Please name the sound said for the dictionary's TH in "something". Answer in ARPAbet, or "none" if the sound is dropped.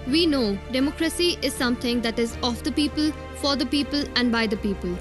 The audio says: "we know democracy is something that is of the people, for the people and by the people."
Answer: T